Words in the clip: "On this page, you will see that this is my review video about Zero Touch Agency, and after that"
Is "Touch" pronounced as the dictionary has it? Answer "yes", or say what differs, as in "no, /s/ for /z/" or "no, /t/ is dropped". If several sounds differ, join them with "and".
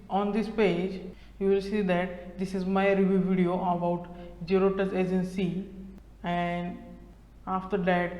no, /s/ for /tʃ/